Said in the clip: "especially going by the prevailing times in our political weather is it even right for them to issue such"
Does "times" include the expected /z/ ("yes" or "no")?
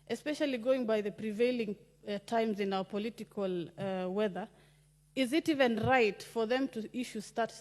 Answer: yes